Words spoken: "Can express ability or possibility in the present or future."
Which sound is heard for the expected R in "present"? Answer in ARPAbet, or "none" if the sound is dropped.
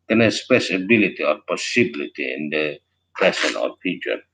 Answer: none